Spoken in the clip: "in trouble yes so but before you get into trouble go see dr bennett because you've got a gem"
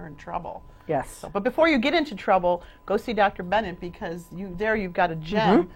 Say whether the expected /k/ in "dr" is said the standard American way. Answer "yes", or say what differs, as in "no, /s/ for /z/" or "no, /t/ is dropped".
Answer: yes